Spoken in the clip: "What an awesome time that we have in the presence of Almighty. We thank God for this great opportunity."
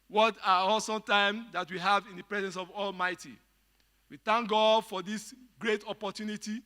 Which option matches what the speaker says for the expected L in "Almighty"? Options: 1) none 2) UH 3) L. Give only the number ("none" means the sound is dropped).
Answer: 3